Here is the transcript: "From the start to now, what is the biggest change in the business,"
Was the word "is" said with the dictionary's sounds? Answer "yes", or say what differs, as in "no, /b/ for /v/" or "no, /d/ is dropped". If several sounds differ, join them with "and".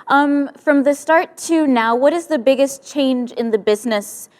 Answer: yes